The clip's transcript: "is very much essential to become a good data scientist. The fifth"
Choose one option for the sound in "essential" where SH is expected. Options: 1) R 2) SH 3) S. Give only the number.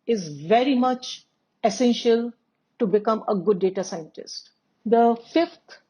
2